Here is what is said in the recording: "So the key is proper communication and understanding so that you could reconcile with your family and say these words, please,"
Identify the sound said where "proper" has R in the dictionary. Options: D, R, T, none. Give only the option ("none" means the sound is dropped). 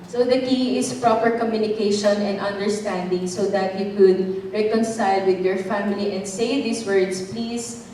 R